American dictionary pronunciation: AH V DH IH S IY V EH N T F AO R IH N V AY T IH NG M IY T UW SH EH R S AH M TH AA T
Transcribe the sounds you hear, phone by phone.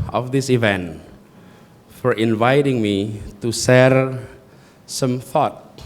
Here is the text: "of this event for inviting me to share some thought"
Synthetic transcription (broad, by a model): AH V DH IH S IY V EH N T F AO R IH N V AY T IH NG M IY T UW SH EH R S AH M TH AA T